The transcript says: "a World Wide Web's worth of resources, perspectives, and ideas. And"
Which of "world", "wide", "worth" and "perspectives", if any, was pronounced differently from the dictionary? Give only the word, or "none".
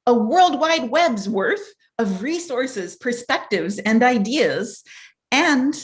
none